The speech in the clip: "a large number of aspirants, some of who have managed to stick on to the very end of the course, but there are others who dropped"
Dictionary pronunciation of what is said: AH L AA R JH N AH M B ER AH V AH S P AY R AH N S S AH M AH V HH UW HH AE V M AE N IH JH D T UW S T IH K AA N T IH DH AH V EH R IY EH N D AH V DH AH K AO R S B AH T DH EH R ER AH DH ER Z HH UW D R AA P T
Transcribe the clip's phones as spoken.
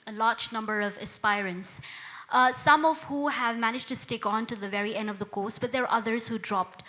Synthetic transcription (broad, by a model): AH L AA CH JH N AH M B ER AH V AH S P AY R AH N S S AH M AH V HH UW HH AE V M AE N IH JH T UW S T IH K AA N T IH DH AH V EH R IY EH N D AH V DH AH K AO S B AH T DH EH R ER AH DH ER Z HH UW D R AA P T